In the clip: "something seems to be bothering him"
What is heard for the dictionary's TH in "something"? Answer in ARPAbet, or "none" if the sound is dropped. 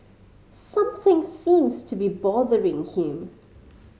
TH